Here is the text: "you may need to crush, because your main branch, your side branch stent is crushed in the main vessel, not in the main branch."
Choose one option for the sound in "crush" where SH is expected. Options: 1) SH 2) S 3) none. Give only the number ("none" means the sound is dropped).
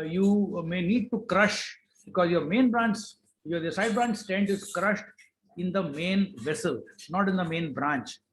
1